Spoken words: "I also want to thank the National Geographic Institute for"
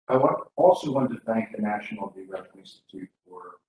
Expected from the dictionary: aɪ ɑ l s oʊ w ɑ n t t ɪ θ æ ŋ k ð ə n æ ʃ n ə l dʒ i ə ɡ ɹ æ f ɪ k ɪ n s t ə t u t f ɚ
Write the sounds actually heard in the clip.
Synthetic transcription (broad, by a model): aɪ ɑ l s oʊ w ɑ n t t ɪ θ æ ŋ k ð ə n æ ʃ n l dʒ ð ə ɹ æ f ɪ ɪ n s t ə t u t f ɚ